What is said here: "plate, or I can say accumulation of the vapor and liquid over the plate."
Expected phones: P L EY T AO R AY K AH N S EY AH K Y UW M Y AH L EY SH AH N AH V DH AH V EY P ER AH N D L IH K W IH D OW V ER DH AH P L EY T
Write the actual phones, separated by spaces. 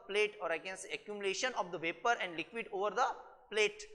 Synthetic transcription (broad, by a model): P L EY T AO R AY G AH N S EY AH K Y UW M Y L EY SH AH N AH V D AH V EY P ER AH N D L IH K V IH D OW V ER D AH P L EY T